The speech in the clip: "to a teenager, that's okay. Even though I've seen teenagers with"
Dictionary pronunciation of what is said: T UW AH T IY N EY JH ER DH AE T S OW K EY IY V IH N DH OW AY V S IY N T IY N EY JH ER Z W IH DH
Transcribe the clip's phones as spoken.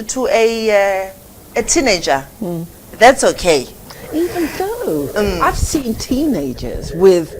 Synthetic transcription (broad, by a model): T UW AH T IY N EY JH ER DH AE T S OW K EY IY V IH N DH OW AY V S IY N T IY N EY JH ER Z W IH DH